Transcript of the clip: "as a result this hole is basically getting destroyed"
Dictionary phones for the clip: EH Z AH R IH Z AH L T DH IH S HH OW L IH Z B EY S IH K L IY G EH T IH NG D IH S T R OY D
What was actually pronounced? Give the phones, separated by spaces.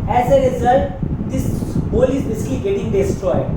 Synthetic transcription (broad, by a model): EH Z AH R IH Z AH L T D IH S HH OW L IH Z B EY S IH K L IY G EH T IH NG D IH S T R OY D